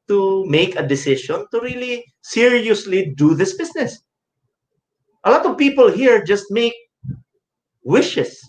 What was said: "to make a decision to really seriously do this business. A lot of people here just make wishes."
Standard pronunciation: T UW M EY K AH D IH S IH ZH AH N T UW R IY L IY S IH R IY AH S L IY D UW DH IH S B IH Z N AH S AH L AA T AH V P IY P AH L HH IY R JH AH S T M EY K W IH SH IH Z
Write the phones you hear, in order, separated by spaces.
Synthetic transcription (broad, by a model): T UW M EY K AH D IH S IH SH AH N T UW R IY L IY S IH R IY AH S L IY D UW DH IH S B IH S N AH S AH L AA T AH V P IY P AH L HH IY R JH AH S T M EY K W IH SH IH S